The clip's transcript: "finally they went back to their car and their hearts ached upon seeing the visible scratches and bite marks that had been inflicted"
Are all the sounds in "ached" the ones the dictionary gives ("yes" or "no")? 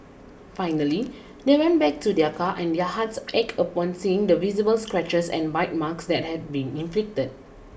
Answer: no